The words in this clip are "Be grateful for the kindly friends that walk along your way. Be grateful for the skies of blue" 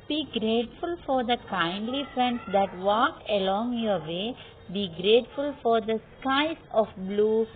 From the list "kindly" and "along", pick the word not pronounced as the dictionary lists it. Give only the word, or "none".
none